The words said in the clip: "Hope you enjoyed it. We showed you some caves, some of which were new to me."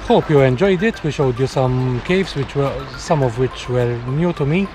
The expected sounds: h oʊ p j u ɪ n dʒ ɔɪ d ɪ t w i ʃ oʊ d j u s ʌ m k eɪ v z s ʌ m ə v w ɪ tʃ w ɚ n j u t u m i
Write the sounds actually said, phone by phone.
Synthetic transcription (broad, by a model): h oʊ p j u ɪ n dʒ ɔɪ d ɪ t w i ʃ oʊ d j u s ʌ m k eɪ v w s ʌ m ə v w ɪ tʃ w ɚ n j u t u m i